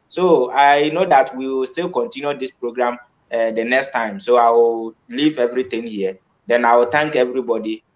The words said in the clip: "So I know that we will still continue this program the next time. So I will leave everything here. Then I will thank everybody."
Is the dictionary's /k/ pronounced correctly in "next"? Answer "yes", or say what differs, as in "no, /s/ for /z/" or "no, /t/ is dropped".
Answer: yes